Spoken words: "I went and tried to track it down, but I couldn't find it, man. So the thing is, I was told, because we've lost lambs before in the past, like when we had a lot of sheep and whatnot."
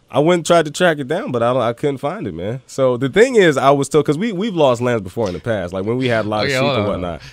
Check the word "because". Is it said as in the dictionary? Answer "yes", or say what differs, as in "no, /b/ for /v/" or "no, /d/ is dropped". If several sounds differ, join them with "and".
no, /z/ is dropped